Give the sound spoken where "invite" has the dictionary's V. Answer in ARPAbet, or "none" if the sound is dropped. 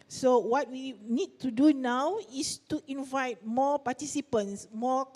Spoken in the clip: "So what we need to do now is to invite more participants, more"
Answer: V